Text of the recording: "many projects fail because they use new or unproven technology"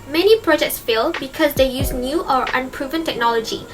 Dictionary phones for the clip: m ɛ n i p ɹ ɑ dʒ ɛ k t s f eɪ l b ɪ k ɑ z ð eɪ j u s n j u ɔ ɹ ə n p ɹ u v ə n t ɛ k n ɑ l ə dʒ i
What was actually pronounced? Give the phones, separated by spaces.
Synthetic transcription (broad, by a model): m ɛ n i p ɹ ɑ dʒ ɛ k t s f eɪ l b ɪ k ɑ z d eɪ j u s n j u ɔ ɹ ə n p ɹ u v ə n t ɛ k n ɑ l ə dʒ i